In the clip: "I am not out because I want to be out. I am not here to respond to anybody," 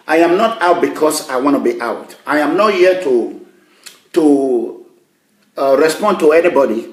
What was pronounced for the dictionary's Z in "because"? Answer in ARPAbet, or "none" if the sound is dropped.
S